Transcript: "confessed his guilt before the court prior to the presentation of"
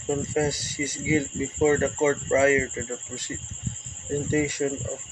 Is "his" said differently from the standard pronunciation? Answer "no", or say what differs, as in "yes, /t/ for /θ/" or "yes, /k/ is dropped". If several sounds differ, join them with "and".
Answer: yes, /s/ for /z/